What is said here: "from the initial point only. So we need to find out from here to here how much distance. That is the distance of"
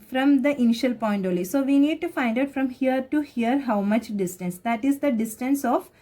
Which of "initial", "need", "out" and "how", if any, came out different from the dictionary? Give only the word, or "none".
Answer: none